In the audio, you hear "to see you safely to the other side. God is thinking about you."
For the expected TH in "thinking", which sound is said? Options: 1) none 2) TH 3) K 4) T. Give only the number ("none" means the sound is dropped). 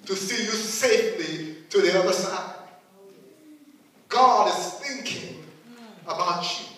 2